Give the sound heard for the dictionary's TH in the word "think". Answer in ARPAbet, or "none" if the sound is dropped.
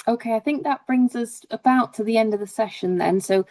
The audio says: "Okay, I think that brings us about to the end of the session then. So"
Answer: TH